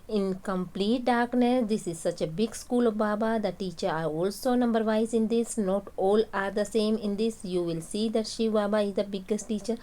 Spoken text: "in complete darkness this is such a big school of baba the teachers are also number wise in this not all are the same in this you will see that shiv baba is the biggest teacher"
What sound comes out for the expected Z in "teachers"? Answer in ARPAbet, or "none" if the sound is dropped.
none